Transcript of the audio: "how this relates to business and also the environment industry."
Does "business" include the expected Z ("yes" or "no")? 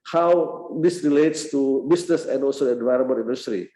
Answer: no